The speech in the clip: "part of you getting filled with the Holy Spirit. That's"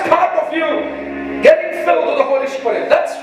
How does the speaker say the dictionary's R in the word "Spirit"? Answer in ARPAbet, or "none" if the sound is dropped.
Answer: none